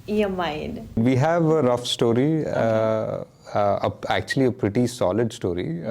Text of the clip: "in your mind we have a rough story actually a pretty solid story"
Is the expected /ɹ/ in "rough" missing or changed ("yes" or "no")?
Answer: no